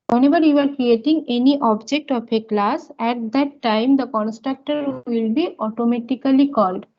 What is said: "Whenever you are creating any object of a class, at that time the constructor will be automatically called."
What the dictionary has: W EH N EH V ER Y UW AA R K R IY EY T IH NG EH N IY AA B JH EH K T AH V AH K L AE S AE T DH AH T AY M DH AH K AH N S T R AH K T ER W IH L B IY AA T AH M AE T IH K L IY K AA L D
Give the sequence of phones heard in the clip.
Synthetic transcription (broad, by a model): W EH N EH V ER Y UW AA R K R IY EY T IH NG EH N IY AA B JH EH K T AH P AH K L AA S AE T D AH T AY M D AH K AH N S T R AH K T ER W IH L B IY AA T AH M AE T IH K L IY K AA L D